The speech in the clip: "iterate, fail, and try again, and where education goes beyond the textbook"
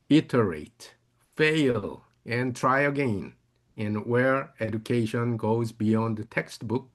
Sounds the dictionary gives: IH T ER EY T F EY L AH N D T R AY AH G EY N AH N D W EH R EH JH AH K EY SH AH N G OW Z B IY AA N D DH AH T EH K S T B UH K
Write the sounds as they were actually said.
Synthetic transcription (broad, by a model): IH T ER EY T F EY L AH N T R AY AH G EY N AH N W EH R EH JH AH K EY SH AH N G OW Z B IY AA N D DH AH T EH K S T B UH K